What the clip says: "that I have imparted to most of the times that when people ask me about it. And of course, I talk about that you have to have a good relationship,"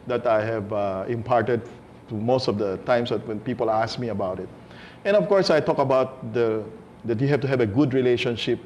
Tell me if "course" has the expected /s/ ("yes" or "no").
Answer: yes